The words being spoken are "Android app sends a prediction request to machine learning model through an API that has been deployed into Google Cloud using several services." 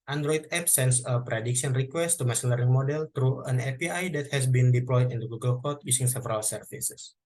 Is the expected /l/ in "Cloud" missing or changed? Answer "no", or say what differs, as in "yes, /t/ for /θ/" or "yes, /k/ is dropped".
yes, /l/ is dropped